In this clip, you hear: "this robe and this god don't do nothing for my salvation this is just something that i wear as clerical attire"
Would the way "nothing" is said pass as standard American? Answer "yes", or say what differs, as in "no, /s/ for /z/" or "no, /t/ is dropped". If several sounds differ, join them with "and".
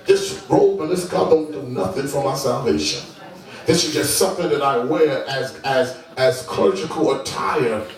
yes